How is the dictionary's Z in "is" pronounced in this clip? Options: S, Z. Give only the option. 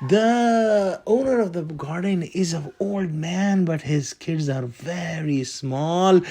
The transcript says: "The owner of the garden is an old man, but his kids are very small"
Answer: Z